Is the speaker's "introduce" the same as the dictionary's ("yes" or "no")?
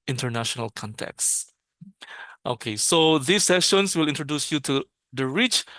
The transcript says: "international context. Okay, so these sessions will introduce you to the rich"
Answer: yes